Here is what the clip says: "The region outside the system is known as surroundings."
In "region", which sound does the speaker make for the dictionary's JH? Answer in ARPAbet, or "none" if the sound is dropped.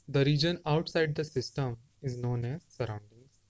JH